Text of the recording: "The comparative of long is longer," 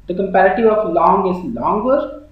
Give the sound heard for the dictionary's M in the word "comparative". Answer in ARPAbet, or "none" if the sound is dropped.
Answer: M